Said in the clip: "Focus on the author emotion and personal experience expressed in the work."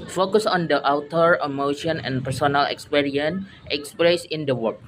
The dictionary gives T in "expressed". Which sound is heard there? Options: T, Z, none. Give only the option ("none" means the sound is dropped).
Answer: none